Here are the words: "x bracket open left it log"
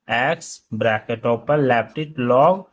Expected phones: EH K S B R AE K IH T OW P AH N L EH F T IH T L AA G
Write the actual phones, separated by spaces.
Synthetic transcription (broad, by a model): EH K S B R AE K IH T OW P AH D L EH P T IH T L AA G